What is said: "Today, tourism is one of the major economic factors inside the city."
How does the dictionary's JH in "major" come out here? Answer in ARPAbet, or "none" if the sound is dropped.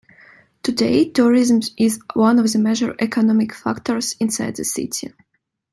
ZH